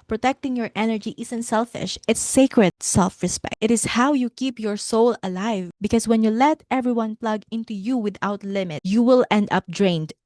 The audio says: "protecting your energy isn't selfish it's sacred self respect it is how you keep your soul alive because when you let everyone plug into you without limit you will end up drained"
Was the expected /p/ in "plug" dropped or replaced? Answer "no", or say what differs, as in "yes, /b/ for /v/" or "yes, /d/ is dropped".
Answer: no